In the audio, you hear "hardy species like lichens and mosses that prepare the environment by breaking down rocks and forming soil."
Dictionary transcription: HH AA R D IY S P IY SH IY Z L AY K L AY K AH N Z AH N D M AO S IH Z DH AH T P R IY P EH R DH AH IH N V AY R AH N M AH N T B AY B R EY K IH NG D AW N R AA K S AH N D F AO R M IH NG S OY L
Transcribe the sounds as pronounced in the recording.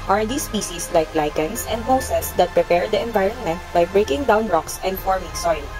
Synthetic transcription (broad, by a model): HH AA R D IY S P IY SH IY S L AY K L AY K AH N S AH N D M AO S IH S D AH T P R IY P EH R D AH IH N V AY R AH N M AH N T B AY B R EY K IH NG D AW N R AA K S AH N D F AO R M IH NG S OY L